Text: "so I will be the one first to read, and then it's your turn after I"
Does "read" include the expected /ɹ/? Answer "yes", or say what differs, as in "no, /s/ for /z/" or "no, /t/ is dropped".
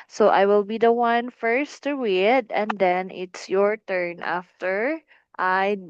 no, /w/ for /ɹ/